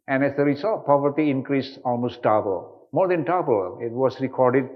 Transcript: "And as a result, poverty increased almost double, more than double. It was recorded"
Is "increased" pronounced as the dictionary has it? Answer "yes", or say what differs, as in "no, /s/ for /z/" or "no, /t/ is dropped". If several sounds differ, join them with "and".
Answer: no, /t/ is dropped